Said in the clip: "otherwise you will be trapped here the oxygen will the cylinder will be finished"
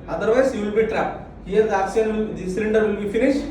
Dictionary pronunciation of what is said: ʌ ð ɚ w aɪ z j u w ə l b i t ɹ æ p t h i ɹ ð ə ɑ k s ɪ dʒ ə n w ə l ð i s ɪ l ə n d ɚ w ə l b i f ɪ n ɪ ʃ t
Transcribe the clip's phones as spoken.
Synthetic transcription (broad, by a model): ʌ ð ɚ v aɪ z j u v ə l b i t ɹ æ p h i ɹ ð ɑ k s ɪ ə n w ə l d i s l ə n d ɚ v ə l b i f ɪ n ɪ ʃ t